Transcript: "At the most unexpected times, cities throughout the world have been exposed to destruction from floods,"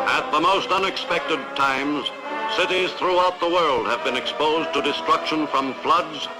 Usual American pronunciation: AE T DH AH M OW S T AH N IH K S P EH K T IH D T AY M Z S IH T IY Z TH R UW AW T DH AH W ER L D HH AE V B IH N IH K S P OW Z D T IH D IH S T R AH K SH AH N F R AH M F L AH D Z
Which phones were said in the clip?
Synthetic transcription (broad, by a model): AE T DH AH M OW S T AH N IH K S P EH K T IH D T AY M Z S IH T IY Z TH R UW AW T DH AH W ER L D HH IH V B IH N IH K S P OW Z T IH D IH S T R AH K SH AH N F R AH M F L AH D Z